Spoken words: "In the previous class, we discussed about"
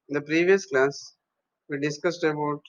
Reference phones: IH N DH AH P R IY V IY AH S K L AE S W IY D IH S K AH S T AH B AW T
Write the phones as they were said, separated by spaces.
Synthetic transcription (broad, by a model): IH N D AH P R IY V IY AH S K L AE S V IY D IH S K AH S T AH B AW T